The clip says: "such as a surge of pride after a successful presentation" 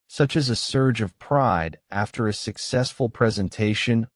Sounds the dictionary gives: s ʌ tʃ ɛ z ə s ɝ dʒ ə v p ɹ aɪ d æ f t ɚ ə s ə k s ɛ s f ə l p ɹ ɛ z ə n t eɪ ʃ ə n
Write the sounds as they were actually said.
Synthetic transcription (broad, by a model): s ʌ tʃ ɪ z ə s ɝ dʒ ə v p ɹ aɪ d æ f t ɚ ə s ə k s ɛ s f ə l p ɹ ɛ z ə n t eɪ ʃ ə n